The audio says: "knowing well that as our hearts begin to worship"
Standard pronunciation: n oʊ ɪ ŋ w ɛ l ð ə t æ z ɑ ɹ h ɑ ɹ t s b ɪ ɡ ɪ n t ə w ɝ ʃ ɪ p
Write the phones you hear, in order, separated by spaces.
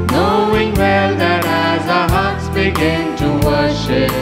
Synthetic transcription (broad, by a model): n oʊ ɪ ŋ w ɛ l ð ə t æ z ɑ h ɑ ɹ t s b ɪ ɡ ɪ n t ə w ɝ ʃ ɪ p